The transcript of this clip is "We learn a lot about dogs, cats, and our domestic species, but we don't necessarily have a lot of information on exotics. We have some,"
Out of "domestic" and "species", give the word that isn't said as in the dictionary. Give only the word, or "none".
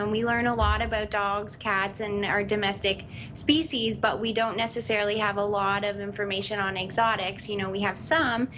none